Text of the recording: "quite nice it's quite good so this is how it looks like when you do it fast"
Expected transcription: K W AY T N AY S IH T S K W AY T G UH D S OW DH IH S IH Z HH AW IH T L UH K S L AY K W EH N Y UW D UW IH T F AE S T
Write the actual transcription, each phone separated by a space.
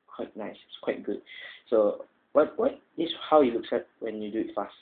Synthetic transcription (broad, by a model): K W AY T N AY S IH T S K W AY T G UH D S OW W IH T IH S HH AW IH T L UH K S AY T W EH N Y UW D UW IH T F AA S T